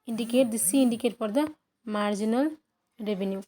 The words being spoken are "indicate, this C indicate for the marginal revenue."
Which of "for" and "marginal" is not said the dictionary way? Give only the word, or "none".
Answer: for